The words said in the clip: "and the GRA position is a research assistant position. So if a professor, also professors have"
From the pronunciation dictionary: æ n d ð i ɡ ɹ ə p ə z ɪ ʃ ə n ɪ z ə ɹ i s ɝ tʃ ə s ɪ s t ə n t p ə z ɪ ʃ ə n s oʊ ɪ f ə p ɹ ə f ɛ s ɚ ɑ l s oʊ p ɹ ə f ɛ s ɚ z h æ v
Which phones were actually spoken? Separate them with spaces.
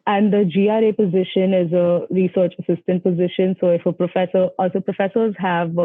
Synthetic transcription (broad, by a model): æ n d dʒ i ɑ ɹ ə p ə z ɪ ʃ ə n ɪ z ə ɹ i s ɝ tʃ ə s ɪ s t ə n t p ə z ɪ ʃ ə n s oʊ ɪ f ə p ɹ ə f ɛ s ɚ ɑ l s oʊ p ɹ ə f ɛ s ɚ z h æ v